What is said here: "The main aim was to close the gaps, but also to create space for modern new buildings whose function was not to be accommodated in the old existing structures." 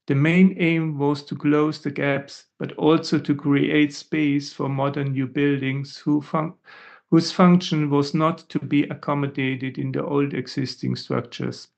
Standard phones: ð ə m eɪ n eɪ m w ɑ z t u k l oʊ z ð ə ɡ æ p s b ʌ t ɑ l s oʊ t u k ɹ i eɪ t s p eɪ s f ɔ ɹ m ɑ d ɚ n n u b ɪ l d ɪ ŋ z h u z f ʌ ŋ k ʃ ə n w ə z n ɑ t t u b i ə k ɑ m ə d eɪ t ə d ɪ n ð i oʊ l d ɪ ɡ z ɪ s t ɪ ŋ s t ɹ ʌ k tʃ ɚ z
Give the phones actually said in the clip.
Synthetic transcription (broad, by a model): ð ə m eɪ n eɪ m w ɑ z t u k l oʊ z ð ə ɡ æ p s b ʌ t ɑ l s oʊ t u k ɹ i eɪ t s p eɪ s f ɔ ɹ m ɑ d ɚ n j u b ɪ l d ɪ ŋ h h u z f ʌ ŋ k ʃ ə n w ə z n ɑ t t u b i ə k ɑ m ə d eɪ t ə d ɪ n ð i oʊ l d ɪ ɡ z ɪ s t ɪ ŋ s t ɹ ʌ k tʃ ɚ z